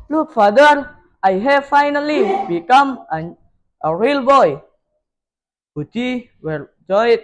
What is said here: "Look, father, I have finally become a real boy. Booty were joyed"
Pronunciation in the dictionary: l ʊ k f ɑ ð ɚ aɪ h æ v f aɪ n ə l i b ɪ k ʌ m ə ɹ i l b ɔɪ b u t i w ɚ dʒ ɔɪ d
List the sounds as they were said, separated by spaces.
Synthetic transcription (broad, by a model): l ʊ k f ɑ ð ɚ aɪ h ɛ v f aɪ n ə l i b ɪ k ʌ m ə ɹ i l b ɔɪ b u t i w ɚ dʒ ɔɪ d